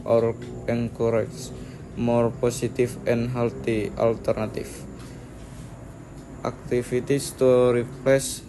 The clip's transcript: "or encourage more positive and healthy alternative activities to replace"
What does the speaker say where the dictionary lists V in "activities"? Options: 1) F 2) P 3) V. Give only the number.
1